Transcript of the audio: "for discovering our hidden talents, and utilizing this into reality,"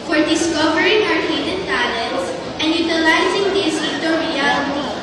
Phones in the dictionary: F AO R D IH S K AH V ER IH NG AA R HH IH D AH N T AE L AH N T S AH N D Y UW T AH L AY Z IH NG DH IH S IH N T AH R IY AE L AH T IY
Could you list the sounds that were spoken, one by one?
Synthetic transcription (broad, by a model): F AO R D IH S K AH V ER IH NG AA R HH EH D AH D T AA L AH T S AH N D Y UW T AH L AY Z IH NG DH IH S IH T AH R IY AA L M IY